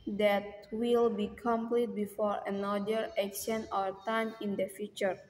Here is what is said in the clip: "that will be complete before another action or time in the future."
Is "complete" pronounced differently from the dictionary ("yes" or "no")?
no